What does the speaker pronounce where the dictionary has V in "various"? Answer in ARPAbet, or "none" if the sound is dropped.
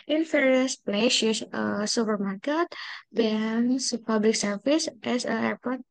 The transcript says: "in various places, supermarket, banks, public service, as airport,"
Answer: F